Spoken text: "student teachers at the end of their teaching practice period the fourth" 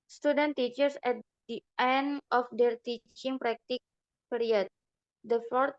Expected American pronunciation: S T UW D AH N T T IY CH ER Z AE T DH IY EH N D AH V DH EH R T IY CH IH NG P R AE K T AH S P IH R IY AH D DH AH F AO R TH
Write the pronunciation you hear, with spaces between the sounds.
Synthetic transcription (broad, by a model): S T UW D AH N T T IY CH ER S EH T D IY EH N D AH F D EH R T IY CH IH NG P R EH K T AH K P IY R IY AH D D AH F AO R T